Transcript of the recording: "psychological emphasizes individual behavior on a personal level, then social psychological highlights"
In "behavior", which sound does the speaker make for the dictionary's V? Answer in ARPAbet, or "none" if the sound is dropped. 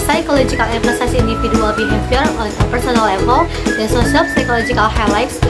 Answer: P